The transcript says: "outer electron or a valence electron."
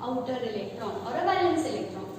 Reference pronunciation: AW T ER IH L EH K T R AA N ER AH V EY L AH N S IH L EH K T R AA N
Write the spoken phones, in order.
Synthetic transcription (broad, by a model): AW T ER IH L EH K T R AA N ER AH B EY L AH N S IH L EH K T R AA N